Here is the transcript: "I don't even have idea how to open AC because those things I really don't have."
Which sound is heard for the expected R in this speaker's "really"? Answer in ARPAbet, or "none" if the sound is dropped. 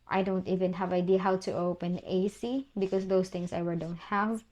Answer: W